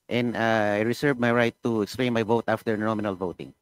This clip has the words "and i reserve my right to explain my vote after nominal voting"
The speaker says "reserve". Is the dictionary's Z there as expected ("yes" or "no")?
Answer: no